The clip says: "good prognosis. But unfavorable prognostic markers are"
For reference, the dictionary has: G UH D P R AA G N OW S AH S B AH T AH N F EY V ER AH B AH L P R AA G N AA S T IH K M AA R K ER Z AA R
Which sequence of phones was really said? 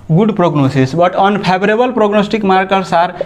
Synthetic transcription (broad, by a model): G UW D P R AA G N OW S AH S B AH T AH N P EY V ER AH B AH L P R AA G N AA S T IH K M AA R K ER S AA R